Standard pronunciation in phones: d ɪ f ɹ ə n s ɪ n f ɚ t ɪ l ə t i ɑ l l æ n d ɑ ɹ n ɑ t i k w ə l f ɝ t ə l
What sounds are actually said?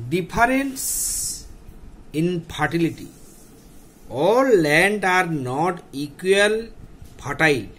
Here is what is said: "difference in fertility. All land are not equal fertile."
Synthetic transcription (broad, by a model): d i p ɹ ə n s ɪ n p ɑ t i l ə t i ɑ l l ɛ n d ɑ ɹ n ɑ t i k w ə l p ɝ t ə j